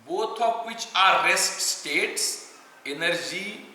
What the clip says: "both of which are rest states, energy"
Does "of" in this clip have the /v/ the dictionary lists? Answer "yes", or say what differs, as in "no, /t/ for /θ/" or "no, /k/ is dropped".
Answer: no, /p/ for /v/